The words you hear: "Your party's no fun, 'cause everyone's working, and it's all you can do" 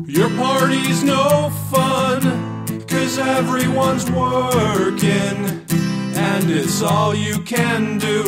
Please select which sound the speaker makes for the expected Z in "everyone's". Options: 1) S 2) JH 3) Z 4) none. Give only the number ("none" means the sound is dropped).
3